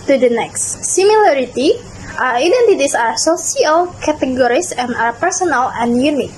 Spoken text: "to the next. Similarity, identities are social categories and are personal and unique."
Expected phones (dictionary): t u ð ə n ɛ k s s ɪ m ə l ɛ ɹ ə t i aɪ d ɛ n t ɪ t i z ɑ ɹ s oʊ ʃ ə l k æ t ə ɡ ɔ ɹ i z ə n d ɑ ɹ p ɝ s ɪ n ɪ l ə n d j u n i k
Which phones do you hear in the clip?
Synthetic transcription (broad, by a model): t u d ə n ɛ k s s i m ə l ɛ ɹ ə t i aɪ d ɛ n t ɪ t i s ɑ ɹ s oʊ s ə l k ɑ t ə ɡ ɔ ɹ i s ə n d ɑ ɹ p ɝ s ɪ n ɪ l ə n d j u n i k